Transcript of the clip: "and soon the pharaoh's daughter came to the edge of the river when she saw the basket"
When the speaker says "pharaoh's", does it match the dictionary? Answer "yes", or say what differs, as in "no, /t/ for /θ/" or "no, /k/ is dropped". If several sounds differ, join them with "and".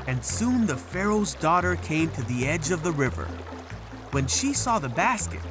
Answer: yes